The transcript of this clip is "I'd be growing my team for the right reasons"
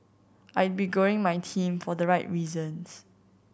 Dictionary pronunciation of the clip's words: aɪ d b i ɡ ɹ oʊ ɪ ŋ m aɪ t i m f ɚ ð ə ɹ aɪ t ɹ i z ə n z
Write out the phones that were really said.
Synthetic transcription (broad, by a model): aɪ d b i ɡ oʊ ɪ ŋ m aɪ t i m f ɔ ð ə ɹ aɪ t ɹ i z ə n s